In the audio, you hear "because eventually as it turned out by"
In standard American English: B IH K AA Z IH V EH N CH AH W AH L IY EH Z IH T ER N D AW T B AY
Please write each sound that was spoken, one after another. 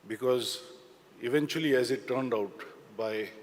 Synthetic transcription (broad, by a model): B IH K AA Z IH V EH N CH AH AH L IY EH Z IH T ER N D AW T B AY